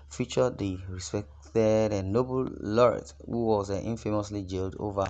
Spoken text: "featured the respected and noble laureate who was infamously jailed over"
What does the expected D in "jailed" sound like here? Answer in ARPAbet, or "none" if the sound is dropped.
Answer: D